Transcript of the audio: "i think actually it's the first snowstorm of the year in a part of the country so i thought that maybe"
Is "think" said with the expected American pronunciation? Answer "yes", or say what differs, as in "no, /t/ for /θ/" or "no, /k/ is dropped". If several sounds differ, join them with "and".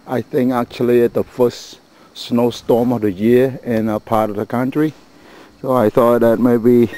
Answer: yes